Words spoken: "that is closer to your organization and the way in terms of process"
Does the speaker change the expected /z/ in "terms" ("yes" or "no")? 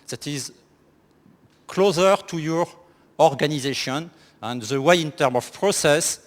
yes